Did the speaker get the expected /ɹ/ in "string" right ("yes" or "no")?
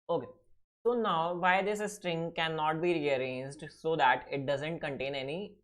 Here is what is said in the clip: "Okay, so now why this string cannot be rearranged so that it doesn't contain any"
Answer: yes